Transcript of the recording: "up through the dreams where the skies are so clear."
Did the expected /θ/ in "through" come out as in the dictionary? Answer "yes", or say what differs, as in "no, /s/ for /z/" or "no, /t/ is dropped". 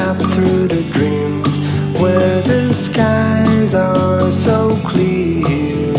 yes